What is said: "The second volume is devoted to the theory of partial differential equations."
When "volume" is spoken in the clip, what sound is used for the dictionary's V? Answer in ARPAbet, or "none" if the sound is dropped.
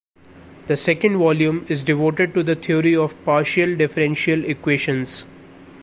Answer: V